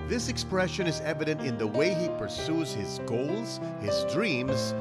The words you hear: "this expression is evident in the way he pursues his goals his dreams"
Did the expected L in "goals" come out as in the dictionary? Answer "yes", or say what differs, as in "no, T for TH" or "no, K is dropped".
yes